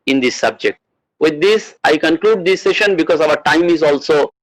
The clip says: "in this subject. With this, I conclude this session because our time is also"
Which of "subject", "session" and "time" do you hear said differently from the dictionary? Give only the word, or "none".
none